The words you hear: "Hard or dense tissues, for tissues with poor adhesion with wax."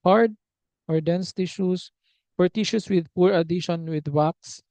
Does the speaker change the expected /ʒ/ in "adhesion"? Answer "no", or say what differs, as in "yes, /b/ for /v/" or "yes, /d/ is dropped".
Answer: yes, /ʃ/ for /ʒ/